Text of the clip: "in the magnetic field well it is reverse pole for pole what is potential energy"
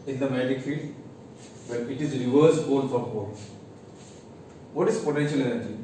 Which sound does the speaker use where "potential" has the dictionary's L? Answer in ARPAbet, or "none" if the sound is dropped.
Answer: L